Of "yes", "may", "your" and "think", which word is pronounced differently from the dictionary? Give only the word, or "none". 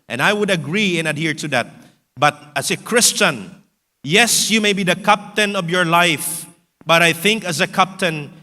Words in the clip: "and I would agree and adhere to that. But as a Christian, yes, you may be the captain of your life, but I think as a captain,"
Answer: none